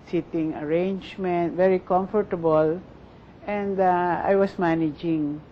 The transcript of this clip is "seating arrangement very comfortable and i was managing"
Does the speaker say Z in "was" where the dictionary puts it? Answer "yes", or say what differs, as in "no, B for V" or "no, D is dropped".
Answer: no, S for Z